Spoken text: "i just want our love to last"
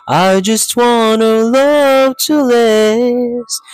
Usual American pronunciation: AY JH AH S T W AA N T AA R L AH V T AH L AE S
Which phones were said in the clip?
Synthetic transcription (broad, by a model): AY JH AH S T W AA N AH L AH V T AH L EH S